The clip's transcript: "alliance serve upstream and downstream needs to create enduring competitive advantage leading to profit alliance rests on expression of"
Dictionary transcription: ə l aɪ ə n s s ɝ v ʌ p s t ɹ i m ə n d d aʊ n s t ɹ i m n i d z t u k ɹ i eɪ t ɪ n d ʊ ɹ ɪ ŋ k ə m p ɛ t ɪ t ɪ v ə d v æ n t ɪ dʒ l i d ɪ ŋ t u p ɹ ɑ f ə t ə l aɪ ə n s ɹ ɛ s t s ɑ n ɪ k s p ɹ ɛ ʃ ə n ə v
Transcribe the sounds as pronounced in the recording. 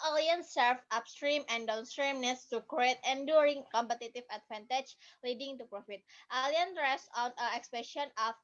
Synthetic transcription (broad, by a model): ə l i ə n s s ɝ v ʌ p s t ɹ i m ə n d d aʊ n s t ɹ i m n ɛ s t u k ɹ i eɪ t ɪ n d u ɹ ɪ ŋ k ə m p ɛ t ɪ t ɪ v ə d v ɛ n t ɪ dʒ l i d ɪ ŋ t u p ɹ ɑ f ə t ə l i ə n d ɹ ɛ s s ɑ n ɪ k s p ɛ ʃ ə n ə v